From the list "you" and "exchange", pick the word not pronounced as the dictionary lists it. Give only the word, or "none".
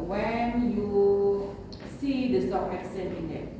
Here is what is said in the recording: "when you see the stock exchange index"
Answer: exchange